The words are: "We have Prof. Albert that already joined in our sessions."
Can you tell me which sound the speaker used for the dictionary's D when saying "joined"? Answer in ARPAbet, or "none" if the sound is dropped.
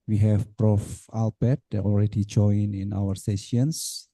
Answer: none